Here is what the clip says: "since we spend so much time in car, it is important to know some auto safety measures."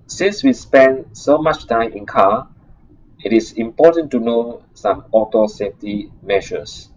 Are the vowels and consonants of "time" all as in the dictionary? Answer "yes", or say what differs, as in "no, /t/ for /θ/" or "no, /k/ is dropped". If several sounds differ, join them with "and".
yes